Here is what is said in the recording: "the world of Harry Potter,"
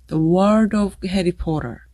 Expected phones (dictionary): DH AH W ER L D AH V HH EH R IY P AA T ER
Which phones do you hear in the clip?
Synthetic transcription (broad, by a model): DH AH W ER D AH V HH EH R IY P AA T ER